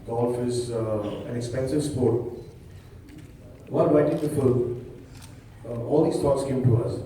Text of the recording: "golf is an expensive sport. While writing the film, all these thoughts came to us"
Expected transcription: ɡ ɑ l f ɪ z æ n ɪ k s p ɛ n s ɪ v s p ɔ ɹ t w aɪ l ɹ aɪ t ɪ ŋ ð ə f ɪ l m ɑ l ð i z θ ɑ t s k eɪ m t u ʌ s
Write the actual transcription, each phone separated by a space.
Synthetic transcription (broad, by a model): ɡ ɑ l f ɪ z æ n ɪ k s p ɛ n s ɪ v s p ɔ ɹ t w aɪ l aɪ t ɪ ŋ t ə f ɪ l ɑ l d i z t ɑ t s k eɪ m t u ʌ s